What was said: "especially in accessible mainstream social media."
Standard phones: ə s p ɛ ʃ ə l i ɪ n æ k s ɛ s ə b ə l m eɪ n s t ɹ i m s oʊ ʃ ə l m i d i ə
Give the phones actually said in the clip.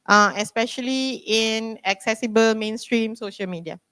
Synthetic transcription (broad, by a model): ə s p ɛ ʃ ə l i ɪ n æ k s ɛ s ə b ə l m eɪ n s t ɹ i m s oʊ ʃ ə l m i d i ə